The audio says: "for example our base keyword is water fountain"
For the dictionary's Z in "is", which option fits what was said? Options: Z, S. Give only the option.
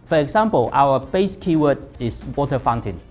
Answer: S